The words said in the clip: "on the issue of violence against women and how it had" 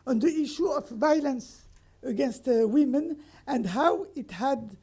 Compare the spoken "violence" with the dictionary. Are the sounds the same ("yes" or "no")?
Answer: yes